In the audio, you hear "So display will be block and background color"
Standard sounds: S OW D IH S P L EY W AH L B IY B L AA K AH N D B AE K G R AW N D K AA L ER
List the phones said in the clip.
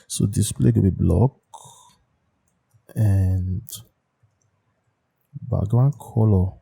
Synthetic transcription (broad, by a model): S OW D IH S P L EY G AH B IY B L AA K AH N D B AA G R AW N K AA L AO